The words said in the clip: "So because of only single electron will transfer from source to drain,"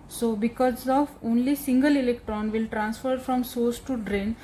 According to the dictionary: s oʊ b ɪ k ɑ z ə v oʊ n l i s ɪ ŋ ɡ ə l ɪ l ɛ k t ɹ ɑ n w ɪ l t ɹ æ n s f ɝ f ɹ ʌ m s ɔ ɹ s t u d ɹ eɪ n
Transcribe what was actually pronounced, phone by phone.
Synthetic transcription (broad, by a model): s oʊ b ɪ k ɑ z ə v oʊ n l i s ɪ ŋ ɡ ə l ɪ l ɛ k t ɹ ɑ n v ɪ l t ɹ æ n s f ɝ f ɹ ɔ m s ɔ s t u d ɹ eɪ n